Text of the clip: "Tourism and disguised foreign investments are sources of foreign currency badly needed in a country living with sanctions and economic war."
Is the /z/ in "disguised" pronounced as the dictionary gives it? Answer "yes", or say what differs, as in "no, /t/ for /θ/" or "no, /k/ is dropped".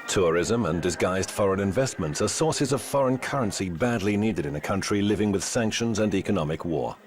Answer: yes